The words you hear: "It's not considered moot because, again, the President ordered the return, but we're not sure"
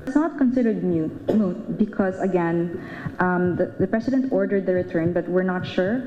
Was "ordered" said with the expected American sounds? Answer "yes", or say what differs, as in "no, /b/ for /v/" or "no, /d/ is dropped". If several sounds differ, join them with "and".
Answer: yes